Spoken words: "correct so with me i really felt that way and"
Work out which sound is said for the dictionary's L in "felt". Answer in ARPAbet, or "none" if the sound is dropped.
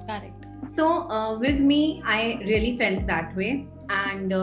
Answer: L